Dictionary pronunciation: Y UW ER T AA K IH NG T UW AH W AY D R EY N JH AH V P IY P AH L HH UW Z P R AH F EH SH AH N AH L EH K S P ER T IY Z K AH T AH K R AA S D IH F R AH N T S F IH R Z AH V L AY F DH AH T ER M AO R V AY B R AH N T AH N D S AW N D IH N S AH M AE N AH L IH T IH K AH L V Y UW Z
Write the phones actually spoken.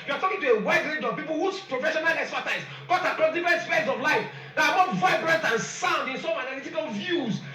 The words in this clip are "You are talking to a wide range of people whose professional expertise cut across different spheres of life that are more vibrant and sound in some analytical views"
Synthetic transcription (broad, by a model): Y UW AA T AA K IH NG T UW AH W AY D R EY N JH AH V P IY P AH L HH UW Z P R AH F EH SH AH N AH L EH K S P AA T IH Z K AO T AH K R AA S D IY F R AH N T S P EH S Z AH V L AY F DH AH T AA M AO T V AY B R AH N T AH N S AW N D IH N S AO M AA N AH L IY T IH K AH L V Y UW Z